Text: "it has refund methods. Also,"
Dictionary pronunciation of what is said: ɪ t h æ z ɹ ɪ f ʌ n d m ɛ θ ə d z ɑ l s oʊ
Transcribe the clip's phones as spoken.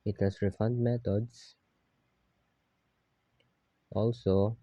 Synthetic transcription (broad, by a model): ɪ t h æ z ɹ ɪ f ʌ n d m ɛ t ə d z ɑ l s oʊ